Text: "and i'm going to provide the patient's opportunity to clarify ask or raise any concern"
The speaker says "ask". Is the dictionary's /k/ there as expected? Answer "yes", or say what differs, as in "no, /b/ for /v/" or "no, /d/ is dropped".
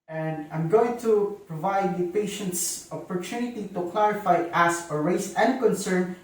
no, /k/ is dropped